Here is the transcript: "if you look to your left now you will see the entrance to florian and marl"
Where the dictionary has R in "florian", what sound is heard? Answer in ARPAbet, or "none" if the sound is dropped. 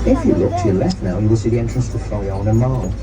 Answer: none